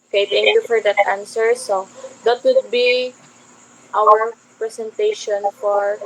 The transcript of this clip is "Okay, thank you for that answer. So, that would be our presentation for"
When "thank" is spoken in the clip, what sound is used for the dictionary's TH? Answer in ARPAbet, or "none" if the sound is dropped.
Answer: T